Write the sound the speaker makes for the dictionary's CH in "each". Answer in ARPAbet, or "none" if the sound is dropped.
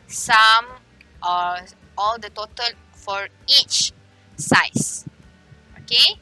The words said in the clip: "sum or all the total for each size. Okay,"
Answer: CH